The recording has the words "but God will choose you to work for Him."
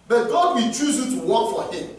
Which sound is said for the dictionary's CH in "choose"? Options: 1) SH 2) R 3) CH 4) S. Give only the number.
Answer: 3